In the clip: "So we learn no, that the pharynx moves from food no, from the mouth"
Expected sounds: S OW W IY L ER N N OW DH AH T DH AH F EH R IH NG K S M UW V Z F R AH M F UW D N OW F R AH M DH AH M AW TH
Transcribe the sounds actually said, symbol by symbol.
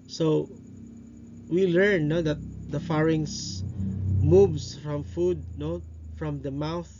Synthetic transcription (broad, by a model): S OW W IY L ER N N OW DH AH T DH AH F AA R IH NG S M UW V S F R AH M F UW D N OW F R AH M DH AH M AW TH